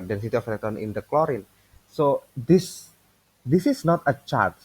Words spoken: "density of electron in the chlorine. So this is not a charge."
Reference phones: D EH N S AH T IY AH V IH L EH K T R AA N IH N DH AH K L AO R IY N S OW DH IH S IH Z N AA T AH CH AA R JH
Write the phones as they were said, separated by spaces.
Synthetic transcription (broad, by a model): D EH N S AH T IY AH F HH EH T AA N IH N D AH K L AO R IY N S OW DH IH S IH S N AA T AH CH AA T